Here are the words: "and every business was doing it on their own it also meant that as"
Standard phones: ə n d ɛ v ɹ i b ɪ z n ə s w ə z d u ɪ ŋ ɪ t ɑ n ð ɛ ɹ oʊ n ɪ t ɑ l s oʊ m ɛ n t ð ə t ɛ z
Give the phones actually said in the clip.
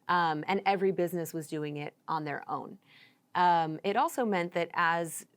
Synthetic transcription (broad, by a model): ə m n ɛ v ɹ i b ɪ z n ə s w ə z d u ɪ ŋ ɪ t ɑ n ð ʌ ɹ oʊ n ɪ t ɑ l s oʊ m ɛ n ð ə t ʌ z